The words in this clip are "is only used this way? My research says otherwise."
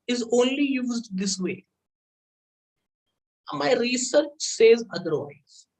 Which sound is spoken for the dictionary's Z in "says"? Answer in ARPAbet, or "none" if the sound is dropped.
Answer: Z